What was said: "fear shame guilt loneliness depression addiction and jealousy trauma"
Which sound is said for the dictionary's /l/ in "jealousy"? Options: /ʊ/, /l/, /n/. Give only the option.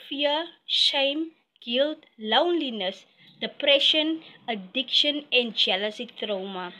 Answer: /l/